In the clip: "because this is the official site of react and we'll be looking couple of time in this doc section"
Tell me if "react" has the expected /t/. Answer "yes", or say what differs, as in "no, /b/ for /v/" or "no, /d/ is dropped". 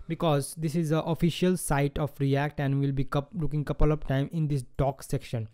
yes